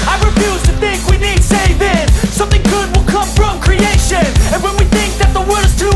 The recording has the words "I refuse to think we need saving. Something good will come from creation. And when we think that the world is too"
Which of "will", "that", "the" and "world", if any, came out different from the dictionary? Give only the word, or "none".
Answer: world